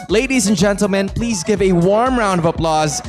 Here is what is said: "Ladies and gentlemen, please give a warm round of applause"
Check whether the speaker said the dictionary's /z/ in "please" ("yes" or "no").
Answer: yes